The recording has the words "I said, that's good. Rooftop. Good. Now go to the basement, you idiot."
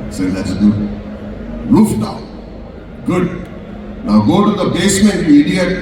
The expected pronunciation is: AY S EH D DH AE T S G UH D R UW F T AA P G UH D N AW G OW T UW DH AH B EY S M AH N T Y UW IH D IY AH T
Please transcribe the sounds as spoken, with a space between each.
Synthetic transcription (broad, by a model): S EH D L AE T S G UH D L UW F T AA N G UH D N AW G OW T UW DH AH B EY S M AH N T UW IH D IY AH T